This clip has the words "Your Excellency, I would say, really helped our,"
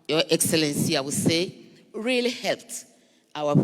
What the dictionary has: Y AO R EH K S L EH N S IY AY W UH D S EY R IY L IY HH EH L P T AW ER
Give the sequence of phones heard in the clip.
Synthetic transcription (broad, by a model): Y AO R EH K S L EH N S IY AY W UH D S EY R IY L IY HH EH L P T AW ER